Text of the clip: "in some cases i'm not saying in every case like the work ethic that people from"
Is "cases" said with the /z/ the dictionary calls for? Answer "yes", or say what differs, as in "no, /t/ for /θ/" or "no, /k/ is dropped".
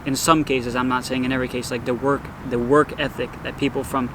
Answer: yes